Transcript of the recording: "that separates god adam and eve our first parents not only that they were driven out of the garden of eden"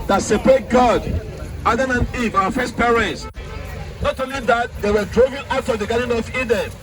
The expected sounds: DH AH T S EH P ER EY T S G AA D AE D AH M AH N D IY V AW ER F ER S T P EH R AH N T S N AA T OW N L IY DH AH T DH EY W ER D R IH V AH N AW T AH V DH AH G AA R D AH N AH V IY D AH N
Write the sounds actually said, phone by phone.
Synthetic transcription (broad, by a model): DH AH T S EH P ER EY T G AA D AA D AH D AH N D IY V AW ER F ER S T P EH R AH N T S N AA T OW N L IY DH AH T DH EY W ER D R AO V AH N AW T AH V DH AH G AA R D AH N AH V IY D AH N